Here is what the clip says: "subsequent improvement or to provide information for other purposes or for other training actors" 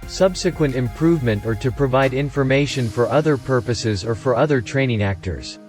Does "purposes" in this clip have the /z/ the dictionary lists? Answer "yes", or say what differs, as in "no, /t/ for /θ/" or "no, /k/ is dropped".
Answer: yes